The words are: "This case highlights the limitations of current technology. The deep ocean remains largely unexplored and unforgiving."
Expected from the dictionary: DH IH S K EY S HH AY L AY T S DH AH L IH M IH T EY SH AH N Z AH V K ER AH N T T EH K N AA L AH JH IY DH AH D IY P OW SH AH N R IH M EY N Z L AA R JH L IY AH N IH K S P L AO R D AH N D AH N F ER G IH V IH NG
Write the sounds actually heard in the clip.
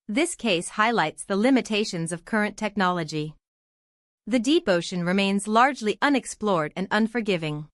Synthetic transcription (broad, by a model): DH IH S K EY S HH AY L AY T S DH AH L IH M IH T EY SH AH N Z AH V K ER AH N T T EH K N AA L AH JH IY DH AH D IY P OW SH AH N R IH M EY N Z L AA R JH L IY AH N IH K S P L AO R D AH N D AH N F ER G IH V IH NG